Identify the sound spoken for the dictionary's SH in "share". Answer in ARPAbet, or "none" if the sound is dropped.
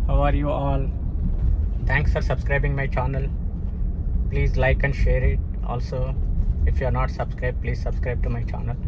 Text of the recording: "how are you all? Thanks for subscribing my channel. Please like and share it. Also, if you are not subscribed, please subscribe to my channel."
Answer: SH